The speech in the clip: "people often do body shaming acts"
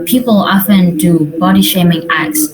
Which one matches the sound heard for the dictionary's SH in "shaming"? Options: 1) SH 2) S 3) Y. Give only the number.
1